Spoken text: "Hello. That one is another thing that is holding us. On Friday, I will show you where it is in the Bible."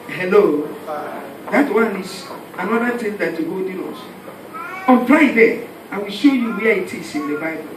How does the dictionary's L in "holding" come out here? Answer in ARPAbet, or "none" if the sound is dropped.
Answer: none